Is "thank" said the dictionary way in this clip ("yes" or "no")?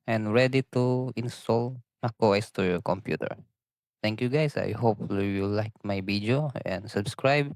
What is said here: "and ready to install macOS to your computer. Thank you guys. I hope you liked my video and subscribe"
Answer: no